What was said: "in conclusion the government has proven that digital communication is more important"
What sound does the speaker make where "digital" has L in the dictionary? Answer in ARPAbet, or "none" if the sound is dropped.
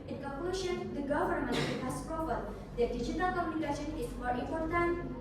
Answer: L